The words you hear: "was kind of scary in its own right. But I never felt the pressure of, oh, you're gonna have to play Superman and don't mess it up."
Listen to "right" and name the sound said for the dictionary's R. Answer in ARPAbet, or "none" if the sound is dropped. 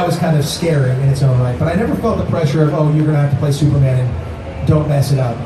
L